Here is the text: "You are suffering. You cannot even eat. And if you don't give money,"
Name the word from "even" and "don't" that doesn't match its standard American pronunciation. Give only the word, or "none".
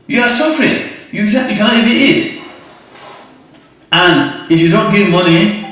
even